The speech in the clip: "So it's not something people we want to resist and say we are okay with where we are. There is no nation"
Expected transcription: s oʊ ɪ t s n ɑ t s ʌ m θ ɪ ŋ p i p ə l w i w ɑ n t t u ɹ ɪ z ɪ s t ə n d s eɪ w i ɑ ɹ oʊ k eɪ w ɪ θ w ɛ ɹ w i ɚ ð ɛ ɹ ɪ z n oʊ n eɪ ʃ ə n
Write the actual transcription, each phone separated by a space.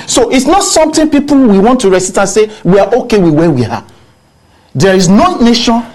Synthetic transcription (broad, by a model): s oʊ ɪ t s n ɑ t s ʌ m t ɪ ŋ p i p ə l w i w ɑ n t t u ɹ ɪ s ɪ t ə n s eɪ w i ɑ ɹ oʊ k eɪ w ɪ w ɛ w i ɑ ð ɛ ɹ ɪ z n oʊ n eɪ ʃ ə n